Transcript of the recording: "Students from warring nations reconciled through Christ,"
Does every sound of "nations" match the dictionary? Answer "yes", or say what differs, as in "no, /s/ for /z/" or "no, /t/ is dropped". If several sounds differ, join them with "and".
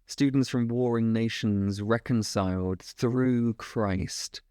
yes